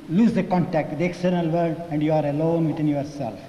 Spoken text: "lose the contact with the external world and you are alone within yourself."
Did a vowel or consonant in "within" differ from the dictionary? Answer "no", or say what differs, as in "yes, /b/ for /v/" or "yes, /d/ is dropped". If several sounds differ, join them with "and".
yes, /t/ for /θ/